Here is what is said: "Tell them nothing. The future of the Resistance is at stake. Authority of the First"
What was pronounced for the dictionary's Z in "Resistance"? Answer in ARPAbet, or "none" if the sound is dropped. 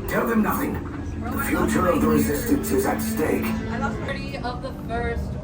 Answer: Z